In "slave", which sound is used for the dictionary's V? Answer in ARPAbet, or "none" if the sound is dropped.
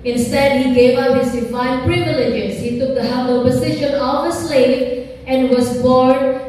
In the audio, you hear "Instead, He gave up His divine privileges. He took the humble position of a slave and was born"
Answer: none